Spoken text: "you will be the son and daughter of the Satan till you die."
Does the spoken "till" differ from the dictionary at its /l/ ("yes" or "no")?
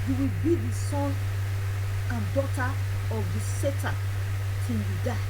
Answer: yes